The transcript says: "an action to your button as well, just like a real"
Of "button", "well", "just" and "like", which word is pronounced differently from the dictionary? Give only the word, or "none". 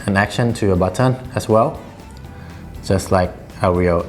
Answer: none